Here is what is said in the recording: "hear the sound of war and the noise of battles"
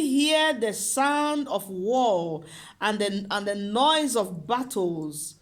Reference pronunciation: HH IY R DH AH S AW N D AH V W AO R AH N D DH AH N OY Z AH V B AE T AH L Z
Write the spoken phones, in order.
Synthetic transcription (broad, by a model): HH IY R DH AH S AW N D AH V W AO L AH N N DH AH N OY Z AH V B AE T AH L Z